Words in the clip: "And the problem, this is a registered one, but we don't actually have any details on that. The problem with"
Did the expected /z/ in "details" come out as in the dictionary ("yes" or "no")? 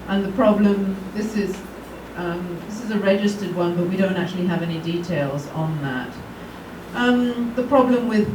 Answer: yes